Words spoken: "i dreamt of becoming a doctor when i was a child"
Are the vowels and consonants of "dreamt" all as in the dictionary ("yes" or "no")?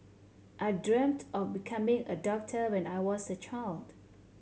yes